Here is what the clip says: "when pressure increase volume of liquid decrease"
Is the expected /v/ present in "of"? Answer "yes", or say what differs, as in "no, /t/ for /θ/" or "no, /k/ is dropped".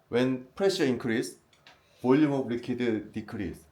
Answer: no, /b/ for /v/